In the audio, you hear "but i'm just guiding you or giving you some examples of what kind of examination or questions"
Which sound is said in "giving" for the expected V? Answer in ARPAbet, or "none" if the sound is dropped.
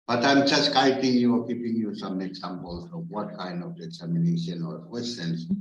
P